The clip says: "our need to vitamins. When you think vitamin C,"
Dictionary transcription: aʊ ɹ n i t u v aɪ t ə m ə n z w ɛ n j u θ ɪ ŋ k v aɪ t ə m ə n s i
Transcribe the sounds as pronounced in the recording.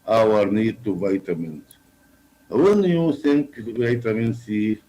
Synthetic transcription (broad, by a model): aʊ ɹ n i t u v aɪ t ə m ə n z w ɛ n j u s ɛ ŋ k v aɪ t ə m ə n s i